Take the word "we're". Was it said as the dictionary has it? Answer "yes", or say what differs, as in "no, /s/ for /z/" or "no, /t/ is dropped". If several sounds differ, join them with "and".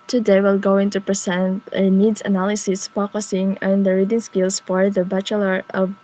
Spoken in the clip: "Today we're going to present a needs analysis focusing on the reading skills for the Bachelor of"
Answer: no, /l/ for /ɹ/